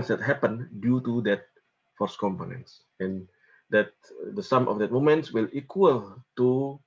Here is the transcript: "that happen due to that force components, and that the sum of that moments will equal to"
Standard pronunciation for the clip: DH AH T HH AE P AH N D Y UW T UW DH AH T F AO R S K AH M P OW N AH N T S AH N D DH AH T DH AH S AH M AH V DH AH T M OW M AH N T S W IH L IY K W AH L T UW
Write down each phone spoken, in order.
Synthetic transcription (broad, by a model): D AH T HH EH P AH N D Y UW T UW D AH T F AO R S K AH M P OW N AH N T S AH N D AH T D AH S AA M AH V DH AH T M OW M AH N T S W IH L IY K W AH L T UW